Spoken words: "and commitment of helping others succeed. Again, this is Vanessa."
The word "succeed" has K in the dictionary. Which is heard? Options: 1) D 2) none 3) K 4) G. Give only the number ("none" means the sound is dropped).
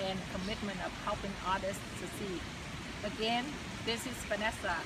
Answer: 2